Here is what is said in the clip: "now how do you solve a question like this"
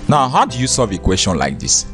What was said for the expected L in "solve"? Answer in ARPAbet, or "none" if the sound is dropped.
none